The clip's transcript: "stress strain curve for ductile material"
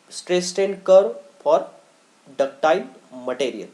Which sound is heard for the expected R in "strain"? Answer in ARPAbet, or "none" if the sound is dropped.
none